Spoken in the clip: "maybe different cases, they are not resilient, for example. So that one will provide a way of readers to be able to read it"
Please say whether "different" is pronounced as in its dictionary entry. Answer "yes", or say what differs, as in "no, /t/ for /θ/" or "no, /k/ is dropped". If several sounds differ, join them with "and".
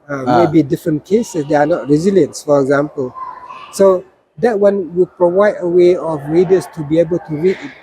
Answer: yes